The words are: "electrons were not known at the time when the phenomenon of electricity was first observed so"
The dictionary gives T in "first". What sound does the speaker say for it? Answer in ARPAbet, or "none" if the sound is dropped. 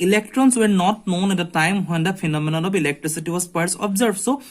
none